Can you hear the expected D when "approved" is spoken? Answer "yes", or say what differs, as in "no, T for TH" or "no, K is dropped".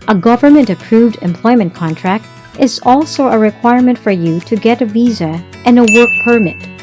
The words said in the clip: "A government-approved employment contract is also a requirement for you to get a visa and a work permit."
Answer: yes